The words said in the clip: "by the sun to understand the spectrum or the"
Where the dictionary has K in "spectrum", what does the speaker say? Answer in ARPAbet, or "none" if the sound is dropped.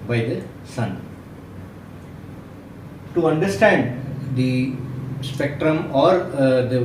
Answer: K